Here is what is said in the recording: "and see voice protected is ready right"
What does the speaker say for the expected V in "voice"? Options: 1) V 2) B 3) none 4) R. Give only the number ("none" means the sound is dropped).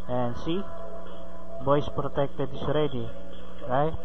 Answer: 2